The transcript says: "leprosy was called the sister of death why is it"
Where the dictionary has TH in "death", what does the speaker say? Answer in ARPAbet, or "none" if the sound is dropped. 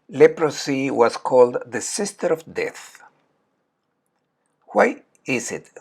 TH